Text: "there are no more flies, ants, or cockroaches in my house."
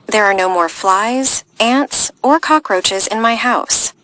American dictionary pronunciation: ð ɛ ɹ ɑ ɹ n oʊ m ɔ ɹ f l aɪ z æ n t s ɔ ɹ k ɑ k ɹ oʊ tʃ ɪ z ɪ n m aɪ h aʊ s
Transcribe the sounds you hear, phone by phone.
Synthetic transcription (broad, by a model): ð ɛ ɹ ɑ ɹ n oʊ m ɔ ɹ f l aɪ z æ n t s ɔ ɹ k ɑ k ɹ oʊ tʃ ɪ z ɪ n m aɪ h aʊ s